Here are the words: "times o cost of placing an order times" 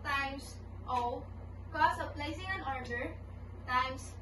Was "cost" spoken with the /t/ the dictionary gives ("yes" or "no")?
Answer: no